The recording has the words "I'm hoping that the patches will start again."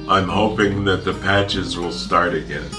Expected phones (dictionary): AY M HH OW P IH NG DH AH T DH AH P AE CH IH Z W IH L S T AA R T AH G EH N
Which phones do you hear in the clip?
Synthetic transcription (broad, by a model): AY M HH OW P IH NG DH AH T DH AH P AE CH IH Z W IH L S T AA R T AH G EH N